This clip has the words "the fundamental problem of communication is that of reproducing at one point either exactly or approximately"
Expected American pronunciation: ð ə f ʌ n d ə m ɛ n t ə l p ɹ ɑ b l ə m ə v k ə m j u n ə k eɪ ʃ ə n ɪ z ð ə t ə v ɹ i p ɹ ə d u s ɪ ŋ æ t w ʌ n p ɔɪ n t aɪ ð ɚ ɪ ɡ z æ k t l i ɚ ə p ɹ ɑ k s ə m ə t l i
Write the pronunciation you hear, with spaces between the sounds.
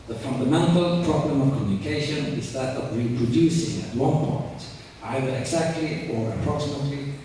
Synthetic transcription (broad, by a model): ð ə f ʌ n d ə m ɛ n t ə l p ɹ ɑ b l ə m ə v k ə m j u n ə k eɪ ʃ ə n ɪ z ð ə t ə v ɹ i p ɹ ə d u s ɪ ŋ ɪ t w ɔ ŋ p ɔɪ n t aɪ ð ɚ ɪ ɡ z æ k t l i ɚ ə p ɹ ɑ k s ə m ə t l i